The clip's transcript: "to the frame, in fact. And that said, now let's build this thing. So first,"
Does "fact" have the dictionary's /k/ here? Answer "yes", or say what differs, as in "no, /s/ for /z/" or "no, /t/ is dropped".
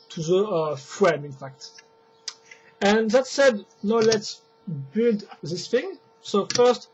yes